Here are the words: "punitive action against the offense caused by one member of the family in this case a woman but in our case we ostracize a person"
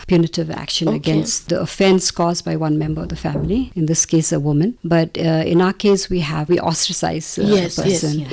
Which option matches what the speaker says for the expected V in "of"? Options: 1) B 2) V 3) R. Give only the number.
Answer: 2